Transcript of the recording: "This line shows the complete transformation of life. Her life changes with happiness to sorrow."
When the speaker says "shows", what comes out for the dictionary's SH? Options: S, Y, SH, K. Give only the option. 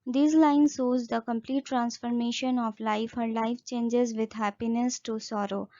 S